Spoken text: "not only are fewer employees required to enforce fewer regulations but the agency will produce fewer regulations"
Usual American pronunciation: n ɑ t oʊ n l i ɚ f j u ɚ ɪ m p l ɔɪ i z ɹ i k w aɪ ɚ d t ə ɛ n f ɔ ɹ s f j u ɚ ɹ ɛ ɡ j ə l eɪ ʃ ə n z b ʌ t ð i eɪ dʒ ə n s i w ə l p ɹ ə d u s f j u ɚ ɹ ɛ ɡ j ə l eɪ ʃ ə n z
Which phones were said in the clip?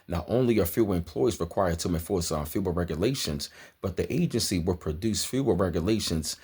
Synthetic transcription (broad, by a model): n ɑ t oʊ n l i ɚ f j u ɚ ɪ m p l ɔɪ i z ɹ i k w aɪ ɚ d t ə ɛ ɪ f ɔ ɹ s f j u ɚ ɹ ɛ ɡ j ə l eɪ ʃ ə n z b ʌ t ð i eɪ dʒ ə n s i w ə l p ɹ ə d u s f j u ɚ ɹ ɛ ɡ j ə l eɪ ʃ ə n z